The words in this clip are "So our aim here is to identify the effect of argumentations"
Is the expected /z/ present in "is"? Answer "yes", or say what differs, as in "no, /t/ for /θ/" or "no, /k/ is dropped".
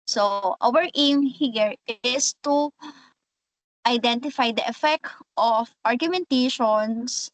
no, /s/ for /z/